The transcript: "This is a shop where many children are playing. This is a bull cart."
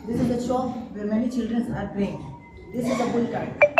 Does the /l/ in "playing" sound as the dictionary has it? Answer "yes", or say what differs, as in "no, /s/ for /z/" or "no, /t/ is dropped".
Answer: no, /l/ is dropped